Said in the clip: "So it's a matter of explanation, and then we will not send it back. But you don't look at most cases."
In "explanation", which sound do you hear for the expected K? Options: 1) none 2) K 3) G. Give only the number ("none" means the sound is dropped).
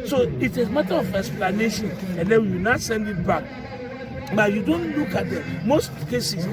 1